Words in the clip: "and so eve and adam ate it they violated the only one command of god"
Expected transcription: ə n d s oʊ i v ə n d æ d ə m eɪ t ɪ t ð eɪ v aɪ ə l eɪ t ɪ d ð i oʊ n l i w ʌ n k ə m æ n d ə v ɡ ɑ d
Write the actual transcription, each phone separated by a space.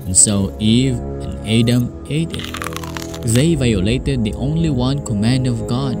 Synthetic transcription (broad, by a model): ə n s oʊ i v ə n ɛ d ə m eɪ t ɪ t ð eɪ v aɪ ə l eɪ t ɪ d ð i oʊ n l i w ʌ n k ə m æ n d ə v ɡ ɑ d